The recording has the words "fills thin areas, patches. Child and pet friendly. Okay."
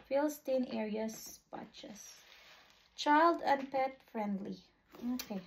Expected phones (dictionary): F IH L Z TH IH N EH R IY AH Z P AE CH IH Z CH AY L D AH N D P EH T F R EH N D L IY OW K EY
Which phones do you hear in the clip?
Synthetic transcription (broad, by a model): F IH L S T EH N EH R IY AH S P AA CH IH S CH AY L D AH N P EH T F R EH N D L IY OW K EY